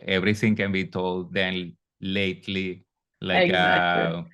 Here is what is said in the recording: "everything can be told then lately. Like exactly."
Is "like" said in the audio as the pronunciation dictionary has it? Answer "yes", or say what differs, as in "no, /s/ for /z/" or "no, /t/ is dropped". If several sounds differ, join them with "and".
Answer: no, /k/ is dropped